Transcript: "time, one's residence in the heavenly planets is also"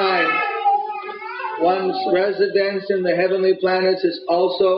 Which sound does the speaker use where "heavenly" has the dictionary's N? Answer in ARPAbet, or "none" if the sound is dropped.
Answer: N